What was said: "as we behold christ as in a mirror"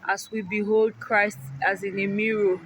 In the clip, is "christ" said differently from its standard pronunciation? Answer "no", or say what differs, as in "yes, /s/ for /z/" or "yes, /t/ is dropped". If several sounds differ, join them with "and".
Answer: no